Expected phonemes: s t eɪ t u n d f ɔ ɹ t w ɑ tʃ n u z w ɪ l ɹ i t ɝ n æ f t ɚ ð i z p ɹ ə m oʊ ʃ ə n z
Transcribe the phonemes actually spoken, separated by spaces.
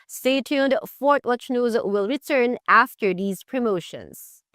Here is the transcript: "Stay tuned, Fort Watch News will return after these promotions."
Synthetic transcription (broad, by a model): s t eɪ t u n d f ɔ ɹ t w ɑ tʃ n u z w ɪ l ɹ i t ɝ n æ f t ɚ ð i z p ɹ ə m oʊ ʃ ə n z